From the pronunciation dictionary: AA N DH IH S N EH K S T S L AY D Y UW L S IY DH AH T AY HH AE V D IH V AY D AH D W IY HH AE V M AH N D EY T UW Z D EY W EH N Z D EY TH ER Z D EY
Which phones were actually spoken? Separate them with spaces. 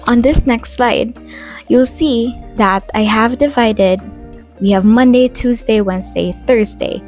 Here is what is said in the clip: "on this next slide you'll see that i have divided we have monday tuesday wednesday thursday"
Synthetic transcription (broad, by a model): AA N DH IH S N EH K S T S L AY D Y UW L S IY DH AH T AY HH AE V D IH V AY D AH D W IY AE V M AH N D EY T UW Z D EY W EH N Z D EY TH ER Z D EY